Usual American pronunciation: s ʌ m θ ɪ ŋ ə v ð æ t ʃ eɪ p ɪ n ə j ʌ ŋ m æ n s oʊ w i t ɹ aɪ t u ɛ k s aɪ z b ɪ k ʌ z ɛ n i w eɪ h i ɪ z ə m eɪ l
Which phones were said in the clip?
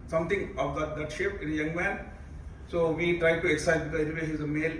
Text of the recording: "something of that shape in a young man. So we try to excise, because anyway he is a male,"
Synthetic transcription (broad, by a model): s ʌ m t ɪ ŋ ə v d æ t ʃ eɪ p ɪ n ə j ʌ ŋ m æ n s oʊ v i t ɹ aɪ t u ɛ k s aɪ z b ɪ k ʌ ɛ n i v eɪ h i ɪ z ə m eɪ l